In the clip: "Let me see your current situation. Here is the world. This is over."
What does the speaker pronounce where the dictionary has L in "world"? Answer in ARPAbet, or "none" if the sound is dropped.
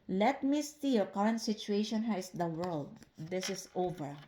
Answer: L